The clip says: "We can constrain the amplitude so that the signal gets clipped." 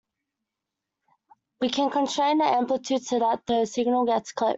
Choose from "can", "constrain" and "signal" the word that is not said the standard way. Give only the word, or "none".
constrain